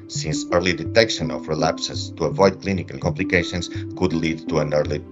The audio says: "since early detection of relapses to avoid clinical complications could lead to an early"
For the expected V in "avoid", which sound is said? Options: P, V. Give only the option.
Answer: V